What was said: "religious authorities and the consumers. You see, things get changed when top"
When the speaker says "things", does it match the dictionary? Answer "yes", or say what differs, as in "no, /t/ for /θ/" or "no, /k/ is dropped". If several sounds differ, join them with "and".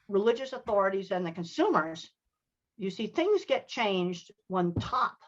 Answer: yes